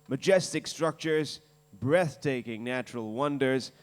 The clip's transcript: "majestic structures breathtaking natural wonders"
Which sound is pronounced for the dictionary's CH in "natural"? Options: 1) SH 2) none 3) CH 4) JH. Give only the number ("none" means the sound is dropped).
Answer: 3